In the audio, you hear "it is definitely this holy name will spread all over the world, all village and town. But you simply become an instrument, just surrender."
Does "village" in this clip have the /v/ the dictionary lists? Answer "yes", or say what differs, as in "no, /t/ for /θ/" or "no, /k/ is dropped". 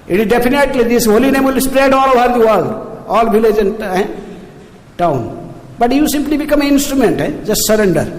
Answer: no, /b/ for /v/